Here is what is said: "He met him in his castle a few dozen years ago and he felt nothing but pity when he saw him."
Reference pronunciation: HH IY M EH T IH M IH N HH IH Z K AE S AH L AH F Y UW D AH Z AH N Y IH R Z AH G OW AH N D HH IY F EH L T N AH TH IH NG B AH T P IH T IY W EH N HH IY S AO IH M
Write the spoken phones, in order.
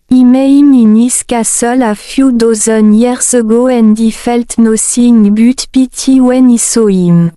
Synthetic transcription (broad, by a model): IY M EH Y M IH N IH S K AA S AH L AH F Y UW D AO Z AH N Y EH R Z AH G OW AH N D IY F EH L T N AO S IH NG B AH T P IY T IY W EH N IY S AO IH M